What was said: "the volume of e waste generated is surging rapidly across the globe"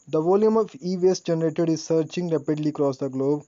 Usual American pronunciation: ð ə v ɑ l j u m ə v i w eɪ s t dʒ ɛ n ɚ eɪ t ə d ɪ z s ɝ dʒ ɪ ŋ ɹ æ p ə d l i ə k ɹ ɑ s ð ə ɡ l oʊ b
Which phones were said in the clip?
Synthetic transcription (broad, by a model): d ə v ɑ l j u m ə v i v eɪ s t dʒ ɛ n ɚ eɪ t ə d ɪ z s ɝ tʃ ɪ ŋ ɹ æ p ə d l i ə k ɹ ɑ s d ə ɡ l oʊ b